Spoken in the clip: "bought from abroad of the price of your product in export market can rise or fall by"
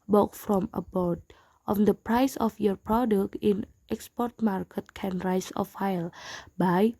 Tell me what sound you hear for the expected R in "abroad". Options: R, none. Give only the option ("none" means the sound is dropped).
none